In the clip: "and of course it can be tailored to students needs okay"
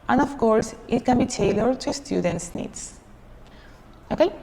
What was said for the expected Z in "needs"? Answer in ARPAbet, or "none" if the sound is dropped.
S